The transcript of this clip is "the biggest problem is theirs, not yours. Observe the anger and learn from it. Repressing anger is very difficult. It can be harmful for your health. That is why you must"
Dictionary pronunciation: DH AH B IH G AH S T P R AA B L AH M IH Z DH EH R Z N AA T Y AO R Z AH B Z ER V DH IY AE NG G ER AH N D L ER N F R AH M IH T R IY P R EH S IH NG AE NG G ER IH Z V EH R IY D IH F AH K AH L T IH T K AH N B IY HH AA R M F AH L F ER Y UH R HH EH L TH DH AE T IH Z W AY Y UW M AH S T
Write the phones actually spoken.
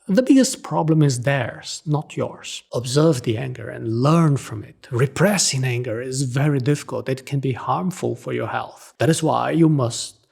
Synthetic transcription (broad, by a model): DH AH B IH G AH S T P R AA B L AH M IH Z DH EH R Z N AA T Y AO R Z AH B Z ER V DH IY AE NG G ER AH N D L ER N F R AH M IH T R IY P R EH S IH NG AE NG G ER IH Z V EH R IY D IH F AH K AH L T IH T K AH N B IY HH AA R M F AH L F ER Y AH R HH EH L TH DH AE T IH Z W AY Y UW M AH S T